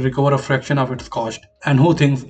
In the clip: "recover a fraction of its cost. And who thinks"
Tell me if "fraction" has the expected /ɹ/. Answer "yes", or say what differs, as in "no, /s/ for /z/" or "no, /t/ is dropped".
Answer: yes